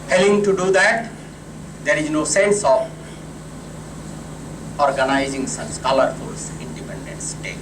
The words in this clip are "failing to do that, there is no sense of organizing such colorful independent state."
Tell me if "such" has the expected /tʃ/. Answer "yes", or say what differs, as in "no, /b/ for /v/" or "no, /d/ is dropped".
no, /s/ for /tʃ/